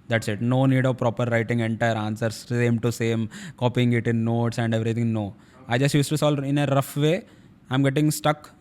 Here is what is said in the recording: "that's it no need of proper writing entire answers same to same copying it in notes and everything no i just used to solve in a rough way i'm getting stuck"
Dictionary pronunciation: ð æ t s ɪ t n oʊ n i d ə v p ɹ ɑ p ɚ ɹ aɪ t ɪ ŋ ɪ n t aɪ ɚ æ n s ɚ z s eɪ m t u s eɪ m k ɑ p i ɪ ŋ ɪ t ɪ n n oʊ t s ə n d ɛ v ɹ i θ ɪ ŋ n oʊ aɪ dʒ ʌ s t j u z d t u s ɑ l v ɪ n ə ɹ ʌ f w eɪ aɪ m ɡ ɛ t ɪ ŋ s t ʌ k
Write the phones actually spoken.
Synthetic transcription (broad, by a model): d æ t s ɪ t n oʊ n i d ə v p ɹ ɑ p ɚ ɹ aɪ t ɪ ŋ ɪ n t aɪ ɚ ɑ n s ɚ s s eɪ m t u s eɪ m k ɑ p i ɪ ŋ ɪ t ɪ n n oʊ t s ə n d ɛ v ɹ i t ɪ ŋ n oʊ aɪ dʒ ʌ s t j u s t u s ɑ l ɪ n ə ɹ ʌ f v eɪ aɪ m ɡ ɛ t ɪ ŋ s t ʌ k